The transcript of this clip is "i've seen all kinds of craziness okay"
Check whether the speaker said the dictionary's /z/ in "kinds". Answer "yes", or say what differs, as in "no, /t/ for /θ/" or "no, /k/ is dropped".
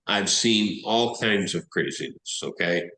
yes